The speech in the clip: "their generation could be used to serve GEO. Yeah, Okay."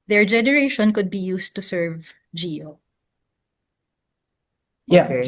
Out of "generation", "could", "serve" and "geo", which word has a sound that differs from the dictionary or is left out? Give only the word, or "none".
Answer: none